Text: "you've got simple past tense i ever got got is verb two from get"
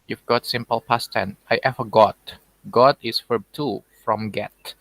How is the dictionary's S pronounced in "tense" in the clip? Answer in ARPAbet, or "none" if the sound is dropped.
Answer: none